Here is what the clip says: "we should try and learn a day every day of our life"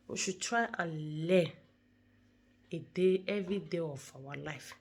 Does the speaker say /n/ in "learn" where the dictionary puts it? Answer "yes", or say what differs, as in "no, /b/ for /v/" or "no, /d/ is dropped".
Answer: no, /n/ is dropped